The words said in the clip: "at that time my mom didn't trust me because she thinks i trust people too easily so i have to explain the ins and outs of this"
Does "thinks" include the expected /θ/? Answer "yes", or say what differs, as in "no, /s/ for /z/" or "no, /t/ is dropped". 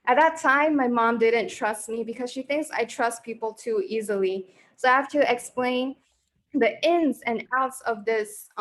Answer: yes